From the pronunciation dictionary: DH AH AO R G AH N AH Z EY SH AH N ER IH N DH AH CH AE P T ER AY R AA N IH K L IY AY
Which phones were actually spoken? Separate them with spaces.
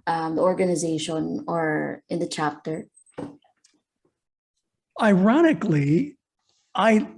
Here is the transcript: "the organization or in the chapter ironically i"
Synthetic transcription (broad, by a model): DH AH AO R G AH N AH Z EY SH AH N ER IH N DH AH CH AE P T ER AY R AA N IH K L IY AY